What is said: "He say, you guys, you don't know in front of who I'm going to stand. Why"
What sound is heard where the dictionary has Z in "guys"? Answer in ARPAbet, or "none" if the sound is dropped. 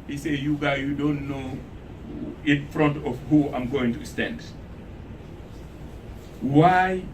none